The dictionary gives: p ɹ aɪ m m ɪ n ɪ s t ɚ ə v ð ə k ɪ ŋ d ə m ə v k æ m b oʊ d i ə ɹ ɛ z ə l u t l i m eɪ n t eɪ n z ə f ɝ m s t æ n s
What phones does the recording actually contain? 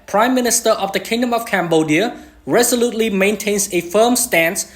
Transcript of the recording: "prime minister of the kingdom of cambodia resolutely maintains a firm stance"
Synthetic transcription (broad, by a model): p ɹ aɪ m m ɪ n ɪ s t ɚ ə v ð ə k ɪ ŋ d ə m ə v k æ m b oʊ d i ə ɹ ɛ z ə l u t l i m eɪ n t eɪ n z ə f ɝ m s t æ n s